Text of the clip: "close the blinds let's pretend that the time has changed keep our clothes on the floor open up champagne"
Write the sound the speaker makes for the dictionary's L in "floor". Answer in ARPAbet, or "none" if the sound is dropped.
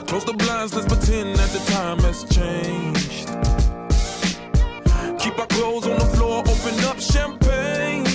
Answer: L